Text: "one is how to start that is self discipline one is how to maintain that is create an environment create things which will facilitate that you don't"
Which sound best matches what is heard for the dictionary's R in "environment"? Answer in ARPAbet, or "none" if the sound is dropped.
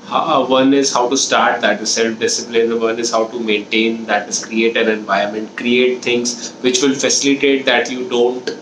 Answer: none